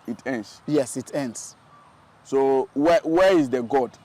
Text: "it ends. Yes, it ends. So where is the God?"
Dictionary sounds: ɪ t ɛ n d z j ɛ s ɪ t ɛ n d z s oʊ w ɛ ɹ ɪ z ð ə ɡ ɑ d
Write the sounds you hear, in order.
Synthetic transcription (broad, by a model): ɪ t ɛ n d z j ɛ s ɪ t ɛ n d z s oʊ w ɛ w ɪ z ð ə ɡ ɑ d